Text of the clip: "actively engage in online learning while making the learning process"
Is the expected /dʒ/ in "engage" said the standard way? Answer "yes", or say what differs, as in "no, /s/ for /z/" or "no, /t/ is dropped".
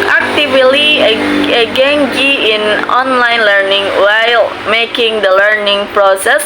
no, /dʒ/ is dropped